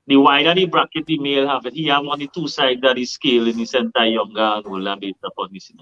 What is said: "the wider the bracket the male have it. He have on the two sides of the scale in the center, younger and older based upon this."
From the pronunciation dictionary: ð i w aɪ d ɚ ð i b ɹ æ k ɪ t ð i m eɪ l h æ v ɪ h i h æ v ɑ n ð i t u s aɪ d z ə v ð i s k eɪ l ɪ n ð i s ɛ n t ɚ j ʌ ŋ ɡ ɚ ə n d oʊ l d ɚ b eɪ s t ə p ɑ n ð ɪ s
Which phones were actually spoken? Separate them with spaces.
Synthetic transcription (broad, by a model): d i w aɪ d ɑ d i b ɹ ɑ k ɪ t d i m eɪ l h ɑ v ɪ h i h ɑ w ɑ n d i t u s aɪ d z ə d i s k eɪ l ɪ n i s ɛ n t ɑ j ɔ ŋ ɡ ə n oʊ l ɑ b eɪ t ə p ɑ n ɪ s